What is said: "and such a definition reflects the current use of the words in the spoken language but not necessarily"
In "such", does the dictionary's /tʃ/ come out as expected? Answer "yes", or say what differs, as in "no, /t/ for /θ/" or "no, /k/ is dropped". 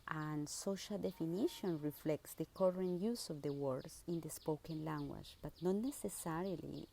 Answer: no, /ʃ/ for /tʃ/